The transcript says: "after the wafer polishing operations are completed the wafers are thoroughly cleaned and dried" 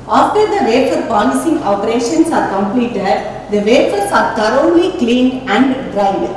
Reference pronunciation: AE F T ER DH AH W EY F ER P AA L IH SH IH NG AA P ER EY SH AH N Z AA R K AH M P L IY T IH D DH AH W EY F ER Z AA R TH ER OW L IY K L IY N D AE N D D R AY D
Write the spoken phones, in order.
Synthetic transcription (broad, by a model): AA F T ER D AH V EY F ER P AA L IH S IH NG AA P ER EY SH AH N S AA R K AH M P L IY T IH D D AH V EY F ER S AA R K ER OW L IY K L IY N AE N D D R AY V